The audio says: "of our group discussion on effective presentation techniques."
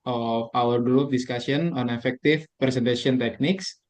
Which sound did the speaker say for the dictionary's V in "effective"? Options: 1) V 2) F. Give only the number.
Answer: 2